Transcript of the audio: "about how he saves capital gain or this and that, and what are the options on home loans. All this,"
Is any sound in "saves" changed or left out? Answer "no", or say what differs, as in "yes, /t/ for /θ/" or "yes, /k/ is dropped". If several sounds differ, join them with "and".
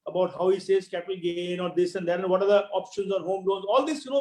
yes, /v/ is dropped